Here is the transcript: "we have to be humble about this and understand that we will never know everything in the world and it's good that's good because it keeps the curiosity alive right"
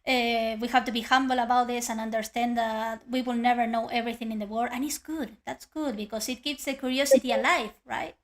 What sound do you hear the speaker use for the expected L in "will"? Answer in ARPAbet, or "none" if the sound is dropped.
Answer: L